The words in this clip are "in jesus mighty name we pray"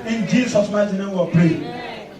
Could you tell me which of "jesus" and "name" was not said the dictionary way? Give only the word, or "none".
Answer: jesus